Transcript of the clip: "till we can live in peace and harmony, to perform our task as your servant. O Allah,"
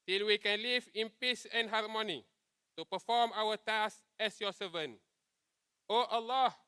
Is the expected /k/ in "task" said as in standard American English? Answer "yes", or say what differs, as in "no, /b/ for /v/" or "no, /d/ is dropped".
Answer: no, /k/ is dropped